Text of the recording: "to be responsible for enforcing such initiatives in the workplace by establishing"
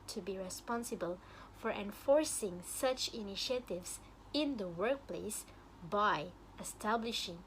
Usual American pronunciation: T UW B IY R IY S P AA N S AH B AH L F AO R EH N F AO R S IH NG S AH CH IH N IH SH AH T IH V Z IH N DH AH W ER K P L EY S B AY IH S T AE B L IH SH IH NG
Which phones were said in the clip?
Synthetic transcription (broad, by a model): T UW B IY R IY S P AA N S AH B AH L F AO R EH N F AO R S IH NG S AH CH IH N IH SH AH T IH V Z IH N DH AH W ER K P L EY S B AY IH S T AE B L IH SH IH NG